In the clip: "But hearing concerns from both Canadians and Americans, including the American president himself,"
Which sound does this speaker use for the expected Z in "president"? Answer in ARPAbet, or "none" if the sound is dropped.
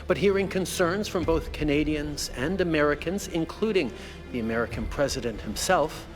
Z